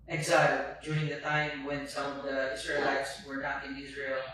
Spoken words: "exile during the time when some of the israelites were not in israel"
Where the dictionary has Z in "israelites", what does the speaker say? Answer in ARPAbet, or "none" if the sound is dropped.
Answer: S